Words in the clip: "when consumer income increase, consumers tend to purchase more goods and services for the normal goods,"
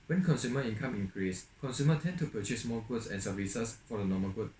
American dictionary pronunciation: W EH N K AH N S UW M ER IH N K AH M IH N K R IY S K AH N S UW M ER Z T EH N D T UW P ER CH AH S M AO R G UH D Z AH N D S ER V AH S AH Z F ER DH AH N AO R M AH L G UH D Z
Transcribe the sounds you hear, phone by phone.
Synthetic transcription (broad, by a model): W EH N K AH N S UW M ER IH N K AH M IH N K R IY S K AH N S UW M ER T EH N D T UW P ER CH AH S M AO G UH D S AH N S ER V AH S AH S F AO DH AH N AO M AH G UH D